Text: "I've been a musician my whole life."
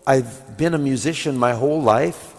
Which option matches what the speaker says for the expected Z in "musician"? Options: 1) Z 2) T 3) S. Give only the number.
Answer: 1